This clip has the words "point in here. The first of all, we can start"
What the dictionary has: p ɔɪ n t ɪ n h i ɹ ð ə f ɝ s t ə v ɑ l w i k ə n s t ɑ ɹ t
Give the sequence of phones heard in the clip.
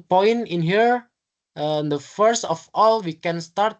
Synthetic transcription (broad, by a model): p ɔɪ n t ɪ n h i ɹ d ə f ɝ s t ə f ɑ l w i k ə n s t ɑ ɹ t